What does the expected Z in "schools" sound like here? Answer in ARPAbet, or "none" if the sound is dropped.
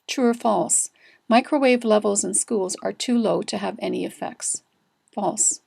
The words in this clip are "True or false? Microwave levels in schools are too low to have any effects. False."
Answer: Z